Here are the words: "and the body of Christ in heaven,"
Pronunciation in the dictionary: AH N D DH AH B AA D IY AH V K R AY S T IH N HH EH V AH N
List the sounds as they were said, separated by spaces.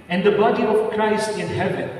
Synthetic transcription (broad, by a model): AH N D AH B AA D IY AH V K R AY S T IH N HH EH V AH N